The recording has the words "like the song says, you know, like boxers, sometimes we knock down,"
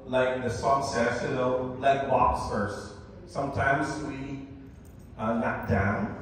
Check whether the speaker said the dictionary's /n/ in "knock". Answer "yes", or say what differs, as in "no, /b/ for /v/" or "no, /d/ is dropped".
no, /l/ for /n/